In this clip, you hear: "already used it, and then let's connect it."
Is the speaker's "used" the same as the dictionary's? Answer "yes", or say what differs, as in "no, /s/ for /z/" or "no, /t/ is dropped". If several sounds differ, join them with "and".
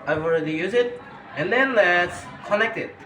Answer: no, /d/ is dropped